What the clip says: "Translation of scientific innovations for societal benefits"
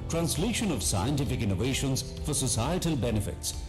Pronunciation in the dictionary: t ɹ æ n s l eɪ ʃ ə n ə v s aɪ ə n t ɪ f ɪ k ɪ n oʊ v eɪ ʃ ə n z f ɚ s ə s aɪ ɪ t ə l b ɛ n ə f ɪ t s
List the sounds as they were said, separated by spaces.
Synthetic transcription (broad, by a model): t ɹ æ n s l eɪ ʃ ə n ə v s aɪ ə n t ɪ f ɪ k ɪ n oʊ v eɪ ʃ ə n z f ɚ s ə s aɪ ɪ t ə l b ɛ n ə f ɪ t s